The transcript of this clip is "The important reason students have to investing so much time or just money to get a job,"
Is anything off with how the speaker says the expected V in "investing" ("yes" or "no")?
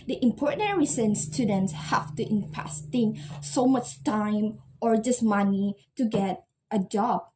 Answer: yes